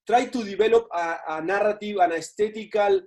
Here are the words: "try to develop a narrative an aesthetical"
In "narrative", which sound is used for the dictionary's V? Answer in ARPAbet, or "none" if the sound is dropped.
W